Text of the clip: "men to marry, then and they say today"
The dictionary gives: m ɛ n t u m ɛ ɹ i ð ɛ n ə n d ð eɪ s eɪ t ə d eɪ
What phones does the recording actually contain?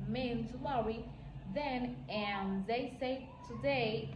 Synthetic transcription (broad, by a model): m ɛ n t u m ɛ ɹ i ð ɛ n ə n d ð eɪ s eɪ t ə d eɪ